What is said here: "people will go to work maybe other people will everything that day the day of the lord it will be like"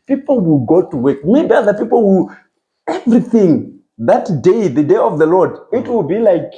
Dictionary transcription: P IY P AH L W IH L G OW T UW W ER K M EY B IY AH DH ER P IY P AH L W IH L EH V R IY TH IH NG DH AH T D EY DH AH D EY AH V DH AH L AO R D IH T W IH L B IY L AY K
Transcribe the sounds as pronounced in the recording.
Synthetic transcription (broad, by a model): P IY P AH L W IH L G OW T UW W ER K M EY B IY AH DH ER P IY P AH L W IH L EH V R IY TH IH NG DH AH T D EY DH AH D EY AH V DH AH L AO R D IH T W IH L B IY L AY K